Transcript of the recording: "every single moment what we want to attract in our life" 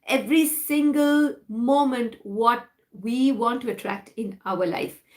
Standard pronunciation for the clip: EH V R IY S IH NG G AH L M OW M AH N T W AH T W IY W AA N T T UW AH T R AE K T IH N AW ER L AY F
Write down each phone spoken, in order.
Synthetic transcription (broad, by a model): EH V R IY S IH NG G AH L M OW M AH N T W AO T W IY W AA N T T UW AH T R AE K T IH N AW ER L AY F